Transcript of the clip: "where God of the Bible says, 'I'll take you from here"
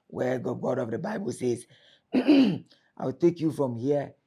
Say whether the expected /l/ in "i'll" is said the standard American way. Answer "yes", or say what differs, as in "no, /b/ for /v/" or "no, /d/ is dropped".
no, /w/ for /l/